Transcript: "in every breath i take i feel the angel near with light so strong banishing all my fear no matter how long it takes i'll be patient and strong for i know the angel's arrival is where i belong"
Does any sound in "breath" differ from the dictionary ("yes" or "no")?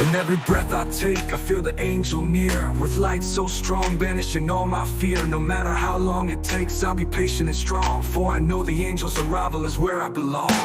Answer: no